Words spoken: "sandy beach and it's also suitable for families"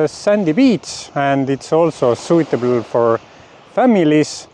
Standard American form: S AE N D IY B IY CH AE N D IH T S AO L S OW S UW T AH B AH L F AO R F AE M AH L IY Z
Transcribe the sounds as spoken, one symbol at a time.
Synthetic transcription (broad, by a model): S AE N D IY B IY S AE N D IH T S AO L S OW S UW T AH B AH L F AO R F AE M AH L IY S